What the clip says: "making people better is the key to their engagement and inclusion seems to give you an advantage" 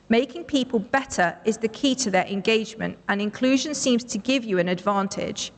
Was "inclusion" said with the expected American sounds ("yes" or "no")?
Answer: yes